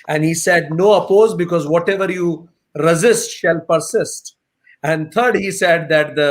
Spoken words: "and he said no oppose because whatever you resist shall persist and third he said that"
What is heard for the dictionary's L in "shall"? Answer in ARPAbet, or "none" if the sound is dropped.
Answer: L